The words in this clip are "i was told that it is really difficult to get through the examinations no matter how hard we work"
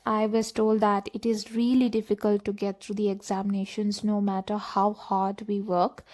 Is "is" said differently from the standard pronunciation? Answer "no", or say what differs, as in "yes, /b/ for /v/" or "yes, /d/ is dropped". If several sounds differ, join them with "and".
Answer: no